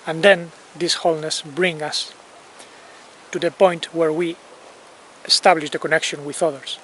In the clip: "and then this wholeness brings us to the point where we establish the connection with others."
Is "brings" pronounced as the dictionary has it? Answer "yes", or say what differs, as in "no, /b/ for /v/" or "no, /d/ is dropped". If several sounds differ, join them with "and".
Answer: no, /z/ is dropped